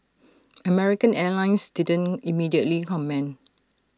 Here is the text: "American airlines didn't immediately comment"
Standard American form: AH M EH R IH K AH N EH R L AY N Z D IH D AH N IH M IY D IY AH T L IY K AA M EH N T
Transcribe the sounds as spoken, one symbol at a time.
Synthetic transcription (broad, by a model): AH M EH R IH K AH N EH L AY N S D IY D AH N IH M IY D IY AH T L IY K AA M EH N